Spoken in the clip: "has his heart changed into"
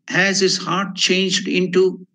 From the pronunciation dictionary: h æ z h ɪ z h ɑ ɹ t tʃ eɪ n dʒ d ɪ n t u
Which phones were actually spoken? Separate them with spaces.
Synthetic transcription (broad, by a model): h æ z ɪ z h ɑ ɹ t tʃ eɪ n dʒ d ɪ n t u